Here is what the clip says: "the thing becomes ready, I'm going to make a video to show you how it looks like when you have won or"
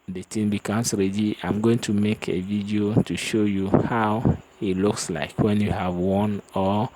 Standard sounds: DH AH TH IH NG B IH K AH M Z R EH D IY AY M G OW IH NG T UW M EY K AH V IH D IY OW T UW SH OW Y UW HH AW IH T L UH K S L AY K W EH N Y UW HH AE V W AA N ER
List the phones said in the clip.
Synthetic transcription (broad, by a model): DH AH T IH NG B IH K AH M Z R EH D IY AY M G OW IH NG T UW M EY K AH V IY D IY OW T UW SH OW Y UW HH AW IH T L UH K S L AY K W EH N Y UW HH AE V W AA N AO